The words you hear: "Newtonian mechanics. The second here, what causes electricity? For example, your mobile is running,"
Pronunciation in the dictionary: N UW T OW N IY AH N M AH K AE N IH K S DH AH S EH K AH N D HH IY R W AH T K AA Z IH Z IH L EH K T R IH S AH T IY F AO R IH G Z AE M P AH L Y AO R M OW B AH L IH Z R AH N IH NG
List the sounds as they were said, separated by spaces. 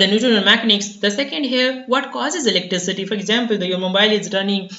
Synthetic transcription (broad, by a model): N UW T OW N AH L M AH K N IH K S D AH S EH K AH N D HH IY R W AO T K AA Z IH Z IH L EH K T R IH S AH T IY F AO R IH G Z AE M P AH L Y AO R M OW B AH L IH Z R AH N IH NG